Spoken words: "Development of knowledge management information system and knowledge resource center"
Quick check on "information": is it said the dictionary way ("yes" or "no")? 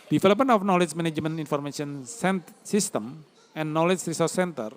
no